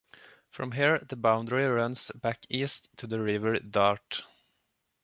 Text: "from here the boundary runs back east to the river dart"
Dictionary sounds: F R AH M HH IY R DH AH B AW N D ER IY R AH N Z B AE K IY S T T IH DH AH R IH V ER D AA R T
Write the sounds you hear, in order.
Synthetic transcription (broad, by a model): F R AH M HH IY R DH AH B AW N D ER IY R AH N S B AE K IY S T T IH DH AH R IH V ER D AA R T